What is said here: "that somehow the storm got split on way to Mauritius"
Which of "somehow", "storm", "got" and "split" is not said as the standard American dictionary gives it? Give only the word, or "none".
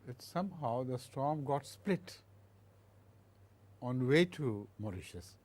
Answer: none